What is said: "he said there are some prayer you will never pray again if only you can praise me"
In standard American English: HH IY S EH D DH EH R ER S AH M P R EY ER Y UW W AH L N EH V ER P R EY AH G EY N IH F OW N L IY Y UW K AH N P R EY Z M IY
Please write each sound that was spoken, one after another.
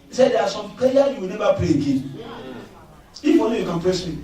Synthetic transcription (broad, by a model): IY S EH D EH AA S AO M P EY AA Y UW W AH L N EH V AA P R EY AH G EY N IH F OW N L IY Y UW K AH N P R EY S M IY